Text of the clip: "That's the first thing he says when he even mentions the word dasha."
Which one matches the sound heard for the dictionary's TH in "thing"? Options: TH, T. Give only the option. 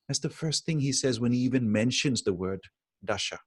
TH